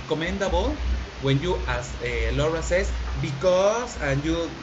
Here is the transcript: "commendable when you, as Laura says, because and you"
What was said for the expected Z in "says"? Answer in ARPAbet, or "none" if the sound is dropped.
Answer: S